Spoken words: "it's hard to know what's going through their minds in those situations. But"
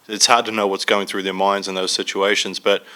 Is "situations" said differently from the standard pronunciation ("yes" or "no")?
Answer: no